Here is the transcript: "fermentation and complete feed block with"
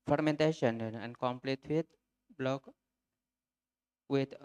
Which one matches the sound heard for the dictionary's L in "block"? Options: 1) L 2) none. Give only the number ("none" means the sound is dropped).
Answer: 1